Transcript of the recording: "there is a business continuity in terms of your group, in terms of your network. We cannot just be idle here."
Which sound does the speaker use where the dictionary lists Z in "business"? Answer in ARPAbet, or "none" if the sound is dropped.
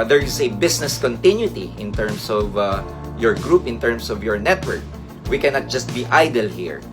S